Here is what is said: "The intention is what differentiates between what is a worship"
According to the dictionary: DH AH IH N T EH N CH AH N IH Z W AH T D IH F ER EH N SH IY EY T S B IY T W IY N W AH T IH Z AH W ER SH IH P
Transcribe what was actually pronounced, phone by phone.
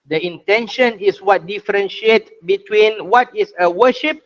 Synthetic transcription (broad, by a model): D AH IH N T EH N SH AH N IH S W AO T D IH F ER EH N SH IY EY T B IY T W IY N W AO T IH S AH W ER SH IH P